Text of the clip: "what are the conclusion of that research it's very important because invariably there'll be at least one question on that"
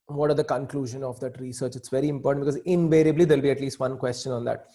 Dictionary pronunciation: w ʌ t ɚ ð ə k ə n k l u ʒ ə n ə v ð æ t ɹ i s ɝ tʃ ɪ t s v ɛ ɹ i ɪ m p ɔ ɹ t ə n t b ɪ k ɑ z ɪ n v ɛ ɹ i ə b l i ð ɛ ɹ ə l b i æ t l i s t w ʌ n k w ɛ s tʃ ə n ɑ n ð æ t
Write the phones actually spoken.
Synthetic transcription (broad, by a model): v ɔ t ɚ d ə k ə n k l u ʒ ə n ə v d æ t ɹ i s ɝ tʃ ɪ t s v ɛ ɹ i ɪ m p ɔ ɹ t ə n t b ɪ k ɑ z ɪ n v ɛ ɹ i ə b l i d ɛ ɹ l b i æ t l i s t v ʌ n k w ɛ s tʃ ə n ɑ n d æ t